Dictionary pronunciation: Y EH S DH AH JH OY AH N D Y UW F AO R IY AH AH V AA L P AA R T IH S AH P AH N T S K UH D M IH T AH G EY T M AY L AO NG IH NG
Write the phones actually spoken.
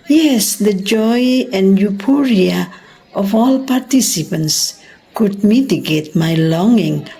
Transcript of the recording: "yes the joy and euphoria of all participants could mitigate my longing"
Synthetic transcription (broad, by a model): Y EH S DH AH JH OY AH N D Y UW P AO R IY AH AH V AA L P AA R T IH S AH P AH N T S K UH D M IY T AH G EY T M AY L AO NG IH NG